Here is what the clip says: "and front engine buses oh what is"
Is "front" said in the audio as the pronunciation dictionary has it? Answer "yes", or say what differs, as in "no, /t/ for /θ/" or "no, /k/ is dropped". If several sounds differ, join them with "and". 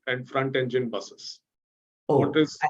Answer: yes